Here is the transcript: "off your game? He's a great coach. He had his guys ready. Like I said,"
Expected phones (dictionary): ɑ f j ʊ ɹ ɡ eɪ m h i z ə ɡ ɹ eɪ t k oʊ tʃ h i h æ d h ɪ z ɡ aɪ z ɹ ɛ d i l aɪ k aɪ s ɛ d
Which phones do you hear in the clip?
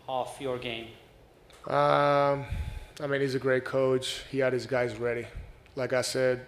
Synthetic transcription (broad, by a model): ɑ f j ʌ ɹ ɡ eɪ m h i z ə ɡ ɹ eɪ t k oʊ tʃ h i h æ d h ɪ z ɡ aɪ z ɹ ɛ d i l aɪ k aɪ s ɛ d